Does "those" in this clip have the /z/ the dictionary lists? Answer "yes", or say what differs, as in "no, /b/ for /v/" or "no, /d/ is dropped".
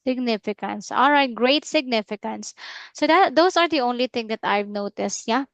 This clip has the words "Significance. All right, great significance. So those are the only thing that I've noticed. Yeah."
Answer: no, /s/ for /z/